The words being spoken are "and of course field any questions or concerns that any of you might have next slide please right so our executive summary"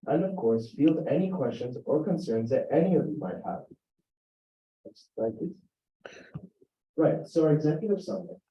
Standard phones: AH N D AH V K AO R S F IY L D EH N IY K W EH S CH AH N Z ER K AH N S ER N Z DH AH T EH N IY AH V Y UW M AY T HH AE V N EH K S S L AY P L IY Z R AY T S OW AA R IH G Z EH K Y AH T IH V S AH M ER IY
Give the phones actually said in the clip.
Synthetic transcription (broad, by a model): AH N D AH V K AO R S F IY L D EH N IY K W EH S CH AH N Z ER K AH N S ER N Z DH AH T EH N IY AH V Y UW M AY T HH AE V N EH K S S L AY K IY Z R AY T S OW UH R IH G Z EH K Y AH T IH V S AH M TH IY